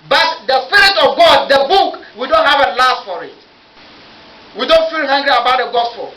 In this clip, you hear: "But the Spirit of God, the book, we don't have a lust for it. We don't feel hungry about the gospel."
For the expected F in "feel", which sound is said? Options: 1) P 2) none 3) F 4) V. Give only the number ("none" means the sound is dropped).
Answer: 3